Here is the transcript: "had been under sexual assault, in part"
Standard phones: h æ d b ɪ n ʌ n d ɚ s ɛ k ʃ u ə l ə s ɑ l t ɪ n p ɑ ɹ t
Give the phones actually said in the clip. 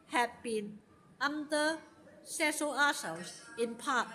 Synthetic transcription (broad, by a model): h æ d b ɪ n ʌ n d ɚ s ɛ ʃ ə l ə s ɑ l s ɪ n p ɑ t